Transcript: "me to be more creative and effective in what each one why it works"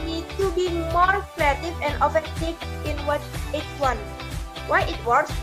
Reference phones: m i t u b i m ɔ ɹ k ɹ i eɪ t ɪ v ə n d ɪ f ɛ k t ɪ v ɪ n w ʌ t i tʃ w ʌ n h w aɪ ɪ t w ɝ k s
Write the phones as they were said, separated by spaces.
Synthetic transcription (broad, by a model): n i t u b i m ɔ ɹ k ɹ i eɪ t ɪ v ə n d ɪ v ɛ t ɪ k ɪ n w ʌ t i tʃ w ʌ n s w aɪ ɪ t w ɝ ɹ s